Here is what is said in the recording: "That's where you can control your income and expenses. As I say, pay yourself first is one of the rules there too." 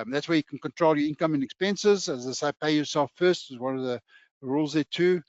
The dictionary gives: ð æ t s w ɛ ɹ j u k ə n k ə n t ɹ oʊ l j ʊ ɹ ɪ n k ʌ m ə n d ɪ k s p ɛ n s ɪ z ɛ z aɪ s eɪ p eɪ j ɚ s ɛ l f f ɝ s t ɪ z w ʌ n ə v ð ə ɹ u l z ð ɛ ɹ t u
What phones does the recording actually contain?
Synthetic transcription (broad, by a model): ð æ t s w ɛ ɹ j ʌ k ə n k ə n t ɹ oʊ l j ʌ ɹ ɪ n k ʌ m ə n ɪ k s p ɛ n s ɪ z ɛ z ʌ s eɪ p eɪ j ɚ s ɛ l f f ɝ s t ɪ z w ʌ n ə v ð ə ɹ u l z ð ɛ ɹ t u